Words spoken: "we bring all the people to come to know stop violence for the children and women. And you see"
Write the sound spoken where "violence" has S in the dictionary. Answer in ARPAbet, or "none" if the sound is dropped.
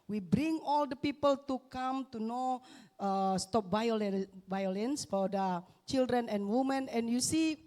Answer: S